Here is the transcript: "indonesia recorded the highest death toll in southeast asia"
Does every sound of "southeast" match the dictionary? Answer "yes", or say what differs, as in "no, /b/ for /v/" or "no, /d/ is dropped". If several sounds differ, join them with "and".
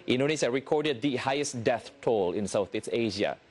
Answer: no, /t/ is dropped